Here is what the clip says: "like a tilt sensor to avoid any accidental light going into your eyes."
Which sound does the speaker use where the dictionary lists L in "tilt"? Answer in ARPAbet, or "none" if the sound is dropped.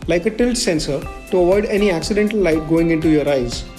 L